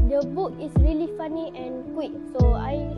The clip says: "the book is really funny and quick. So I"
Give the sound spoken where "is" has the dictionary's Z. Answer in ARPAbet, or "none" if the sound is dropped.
S